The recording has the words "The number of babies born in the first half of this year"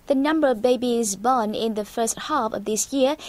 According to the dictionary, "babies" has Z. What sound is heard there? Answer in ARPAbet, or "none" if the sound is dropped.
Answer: Z